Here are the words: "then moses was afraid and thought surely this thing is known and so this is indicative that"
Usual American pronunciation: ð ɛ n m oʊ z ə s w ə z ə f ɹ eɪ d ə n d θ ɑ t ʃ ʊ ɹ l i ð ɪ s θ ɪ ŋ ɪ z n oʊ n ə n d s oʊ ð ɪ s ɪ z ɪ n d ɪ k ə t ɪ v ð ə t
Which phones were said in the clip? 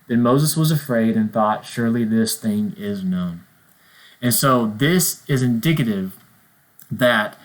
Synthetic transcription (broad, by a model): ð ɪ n m oʊ z ə s w ə z ə f ɹ eɪ d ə n θ ɑ t ʃ ʊ ɹ l i ð ɪ s θ ɪ ŋ ɪ z n oʊ n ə n s oʊ ð ɪ s ɪ z ɪ n d ɪ k ə t ɪ v ð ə t